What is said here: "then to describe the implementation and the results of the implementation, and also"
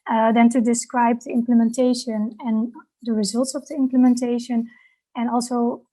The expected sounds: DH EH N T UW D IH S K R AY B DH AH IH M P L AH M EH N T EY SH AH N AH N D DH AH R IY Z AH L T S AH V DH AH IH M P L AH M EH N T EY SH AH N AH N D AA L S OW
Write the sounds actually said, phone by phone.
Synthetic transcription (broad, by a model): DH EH N T UW D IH S K R AY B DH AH IH M P L AH M EH N T EY SH AH N AH N D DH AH R IY Z AH L T S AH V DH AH IH M P L AH M EH N T EY SH AH N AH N AA L S OW